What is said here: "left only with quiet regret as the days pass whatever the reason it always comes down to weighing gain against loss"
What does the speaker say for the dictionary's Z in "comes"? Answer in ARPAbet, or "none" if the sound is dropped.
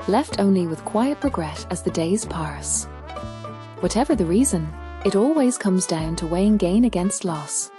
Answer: Z